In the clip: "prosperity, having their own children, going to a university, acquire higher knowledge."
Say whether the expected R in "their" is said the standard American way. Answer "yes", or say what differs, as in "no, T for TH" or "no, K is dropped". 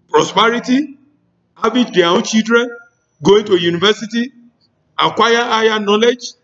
no, W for R